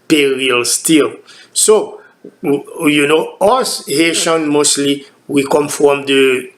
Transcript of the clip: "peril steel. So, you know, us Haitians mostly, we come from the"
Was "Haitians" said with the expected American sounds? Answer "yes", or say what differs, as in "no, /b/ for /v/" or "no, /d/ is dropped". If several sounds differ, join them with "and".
no, /z/ is dropped